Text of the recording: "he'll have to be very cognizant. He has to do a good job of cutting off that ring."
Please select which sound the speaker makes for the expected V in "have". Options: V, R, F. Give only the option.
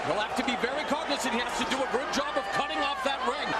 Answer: F